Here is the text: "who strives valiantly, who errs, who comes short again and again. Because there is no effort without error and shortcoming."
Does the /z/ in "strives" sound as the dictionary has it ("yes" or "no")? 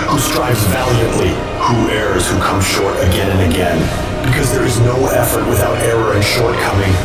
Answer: yes